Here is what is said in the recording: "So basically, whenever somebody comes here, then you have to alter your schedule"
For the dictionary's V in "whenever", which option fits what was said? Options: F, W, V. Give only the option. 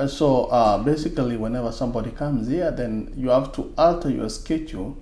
V